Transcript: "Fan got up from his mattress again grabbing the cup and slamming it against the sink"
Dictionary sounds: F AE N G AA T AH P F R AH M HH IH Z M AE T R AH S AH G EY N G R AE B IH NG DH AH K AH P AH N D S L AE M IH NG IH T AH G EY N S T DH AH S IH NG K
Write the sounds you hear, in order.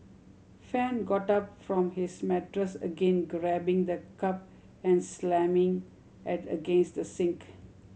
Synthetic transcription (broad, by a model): F AE N G AA T AH P F R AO M HH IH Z M AE T R AH S AH G EY N G R AE B IH NG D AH K AH P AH N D S L AE M IH NG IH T AH G EY N S T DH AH S IH NG K